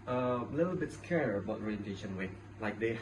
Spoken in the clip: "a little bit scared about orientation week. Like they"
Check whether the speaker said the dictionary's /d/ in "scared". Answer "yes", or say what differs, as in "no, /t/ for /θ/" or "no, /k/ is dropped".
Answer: no, /d/ is dropped